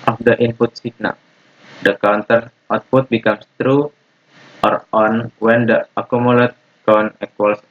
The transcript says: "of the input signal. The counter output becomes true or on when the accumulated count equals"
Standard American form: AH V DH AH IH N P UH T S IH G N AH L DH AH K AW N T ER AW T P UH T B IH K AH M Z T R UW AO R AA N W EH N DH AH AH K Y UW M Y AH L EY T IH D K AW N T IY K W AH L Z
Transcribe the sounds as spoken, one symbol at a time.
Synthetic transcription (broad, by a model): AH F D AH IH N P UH T S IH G N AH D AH K AW N T ER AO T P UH T B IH K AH M S T R UW AO R AA N W EH N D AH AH K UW M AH L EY T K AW N EH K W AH L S